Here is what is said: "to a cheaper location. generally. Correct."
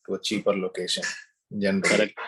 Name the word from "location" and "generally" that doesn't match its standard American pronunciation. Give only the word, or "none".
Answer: generally